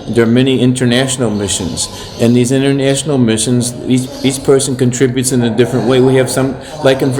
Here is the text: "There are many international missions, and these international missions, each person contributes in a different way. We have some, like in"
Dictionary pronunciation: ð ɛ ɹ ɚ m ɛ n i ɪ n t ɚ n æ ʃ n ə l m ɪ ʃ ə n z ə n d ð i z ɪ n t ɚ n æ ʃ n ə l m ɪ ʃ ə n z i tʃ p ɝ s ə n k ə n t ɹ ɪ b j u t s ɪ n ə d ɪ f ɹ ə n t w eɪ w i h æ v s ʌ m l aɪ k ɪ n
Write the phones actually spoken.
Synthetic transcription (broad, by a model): ð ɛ ɹ m ɛ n i ɪ n t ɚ n æ ʃ n l m ɪ ʃ ə n z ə n ð i z ɪ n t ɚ n æ ʃ n l m ɪ ʃ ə n z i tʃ p ɝ s ə n k ə n t ɹ ɪ b j u t s ɪ n ə d ɪ f ɹ ə n t w eɪ w i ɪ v s ʌ m l aɪ k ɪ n